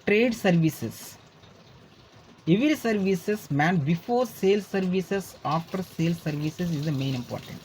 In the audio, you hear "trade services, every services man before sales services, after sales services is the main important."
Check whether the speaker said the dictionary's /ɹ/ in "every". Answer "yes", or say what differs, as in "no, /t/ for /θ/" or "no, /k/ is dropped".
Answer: no, /ɹ/ is dropped